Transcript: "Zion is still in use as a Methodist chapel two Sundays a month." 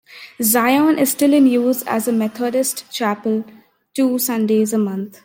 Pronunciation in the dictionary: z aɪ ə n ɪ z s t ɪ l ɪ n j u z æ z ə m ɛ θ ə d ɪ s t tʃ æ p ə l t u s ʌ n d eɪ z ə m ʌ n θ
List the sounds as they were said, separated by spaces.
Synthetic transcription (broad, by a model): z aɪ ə n ɪ z s t ɪ l ɪ n j u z æ z ə m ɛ t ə d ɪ s t tʃ æ p ə l t u s ʌ n d eɪ z ə m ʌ n t